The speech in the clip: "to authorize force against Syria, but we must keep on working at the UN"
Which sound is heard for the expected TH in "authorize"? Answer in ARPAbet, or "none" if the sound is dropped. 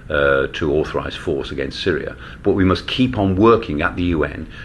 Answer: TH